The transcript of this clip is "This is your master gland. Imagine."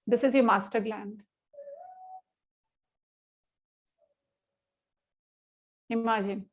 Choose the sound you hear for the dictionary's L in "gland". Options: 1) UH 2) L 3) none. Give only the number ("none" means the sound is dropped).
2